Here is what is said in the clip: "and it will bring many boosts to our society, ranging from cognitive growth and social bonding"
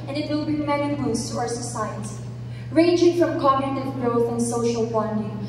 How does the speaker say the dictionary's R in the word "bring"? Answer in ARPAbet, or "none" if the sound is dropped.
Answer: none